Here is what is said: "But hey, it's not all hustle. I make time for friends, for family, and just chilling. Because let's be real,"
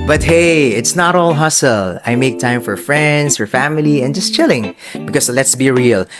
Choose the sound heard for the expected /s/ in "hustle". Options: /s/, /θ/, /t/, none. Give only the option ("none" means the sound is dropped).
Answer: /s/